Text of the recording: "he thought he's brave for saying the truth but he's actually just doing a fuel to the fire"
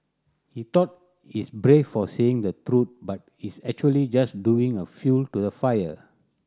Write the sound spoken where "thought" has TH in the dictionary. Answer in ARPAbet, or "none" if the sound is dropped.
T